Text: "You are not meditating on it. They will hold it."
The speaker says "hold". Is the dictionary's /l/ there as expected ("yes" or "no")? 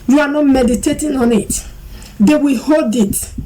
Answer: yes